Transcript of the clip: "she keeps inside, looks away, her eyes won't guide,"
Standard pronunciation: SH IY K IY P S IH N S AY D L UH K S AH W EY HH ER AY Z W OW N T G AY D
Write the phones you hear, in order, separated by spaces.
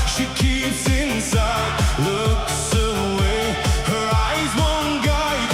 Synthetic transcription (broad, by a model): SH IY K IY P S IH N S AY D L UH K S AH W EY HH ER AY Z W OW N G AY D